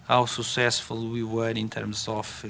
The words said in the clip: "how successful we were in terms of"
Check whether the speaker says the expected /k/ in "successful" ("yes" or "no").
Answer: no